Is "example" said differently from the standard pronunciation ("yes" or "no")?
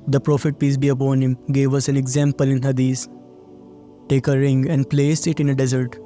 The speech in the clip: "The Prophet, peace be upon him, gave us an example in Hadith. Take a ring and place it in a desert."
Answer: no